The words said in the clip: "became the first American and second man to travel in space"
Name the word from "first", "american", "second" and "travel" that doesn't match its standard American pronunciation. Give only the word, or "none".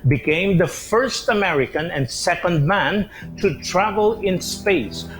none